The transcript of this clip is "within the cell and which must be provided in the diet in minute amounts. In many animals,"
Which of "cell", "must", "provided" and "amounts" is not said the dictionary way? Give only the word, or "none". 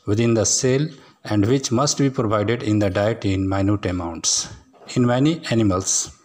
none